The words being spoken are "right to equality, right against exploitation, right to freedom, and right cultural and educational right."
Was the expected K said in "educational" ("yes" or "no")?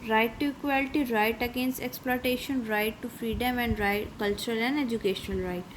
yes